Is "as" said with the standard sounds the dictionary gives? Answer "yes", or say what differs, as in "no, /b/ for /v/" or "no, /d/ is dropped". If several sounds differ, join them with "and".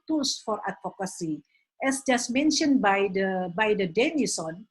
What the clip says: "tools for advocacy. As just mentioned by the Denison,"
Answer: no, /s/ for /z/